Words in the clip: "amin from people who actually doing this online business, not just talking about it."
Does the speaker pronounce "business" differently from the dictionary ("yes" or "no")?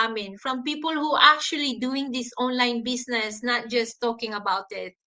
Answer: yes